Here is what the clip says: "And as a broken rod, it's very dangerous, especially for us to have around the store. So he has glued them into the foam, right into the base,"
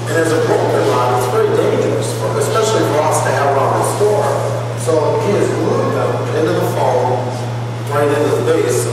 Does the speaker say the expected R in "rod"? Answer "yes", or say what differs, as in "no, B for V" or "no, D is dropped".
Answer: no, L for R